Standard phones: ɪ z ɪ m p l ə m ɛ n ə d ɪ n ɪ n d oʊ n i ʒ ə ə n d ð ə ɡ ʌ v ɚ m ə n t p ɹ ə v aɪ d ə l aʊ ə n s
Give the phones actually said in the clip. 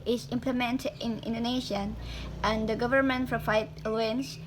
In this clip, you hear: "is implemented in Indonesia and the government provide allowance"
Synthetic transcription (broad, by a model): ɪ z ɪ m p l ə m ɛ n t ɪ n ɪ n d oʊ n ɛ ʃ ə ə n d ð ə ɡ ʌ v ɚ m ə n t f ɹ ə f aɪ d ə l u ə n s